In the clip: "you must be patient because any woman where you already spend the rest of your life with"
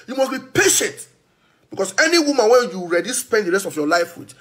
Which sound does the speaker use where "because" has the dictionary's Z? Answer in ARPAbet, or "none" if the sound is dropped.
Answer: S